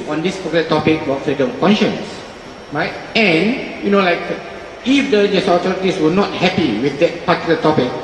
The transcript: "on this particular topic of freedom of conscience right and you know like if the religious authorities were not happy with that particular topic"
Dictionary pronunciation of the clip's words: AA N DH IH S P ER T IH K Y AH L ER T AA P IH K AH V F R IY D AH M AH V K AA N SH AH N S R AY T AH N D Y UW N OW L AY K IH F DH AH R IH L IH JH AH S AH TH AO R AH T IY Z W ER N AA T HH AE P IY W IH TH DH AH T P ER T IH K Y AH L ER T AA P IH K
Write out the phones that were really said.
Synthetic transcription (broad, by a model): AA N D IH S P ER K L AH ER T AA P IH K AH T F R IY D AH M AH K AA N SH AH N S R AY T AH N Y UW N OW L AY K IH F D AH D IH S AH AH T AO R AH T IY S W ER N AA T HH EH P IY W IH TH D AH T P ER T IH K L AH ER T AA P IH K